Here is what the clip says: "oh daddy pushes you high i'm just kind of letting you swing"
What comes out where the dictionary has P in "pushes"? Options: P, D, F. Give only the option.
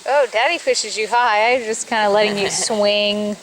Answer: F